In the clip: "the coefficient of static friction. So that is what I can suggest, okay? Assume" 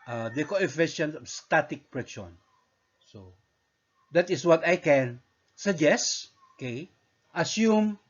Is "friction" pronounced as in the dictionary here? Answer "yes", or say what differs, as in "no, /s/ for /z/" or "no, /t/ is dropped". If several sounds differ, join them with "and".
no, /p/ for /f/